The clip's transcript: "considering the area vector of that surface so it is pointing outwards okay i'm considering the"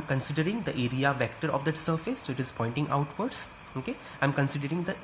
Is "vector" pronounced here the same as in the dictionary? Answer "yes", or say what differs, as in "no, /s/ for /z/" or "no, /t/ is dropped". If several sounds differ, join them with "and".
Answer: yes